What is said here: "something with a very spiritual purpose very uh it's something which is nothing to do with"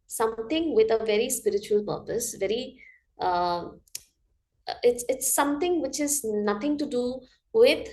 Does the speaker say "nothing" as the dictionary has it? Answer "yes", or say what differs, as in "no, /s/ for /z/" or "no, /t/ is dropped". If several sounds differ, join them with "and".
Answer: no, /t/ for /θ/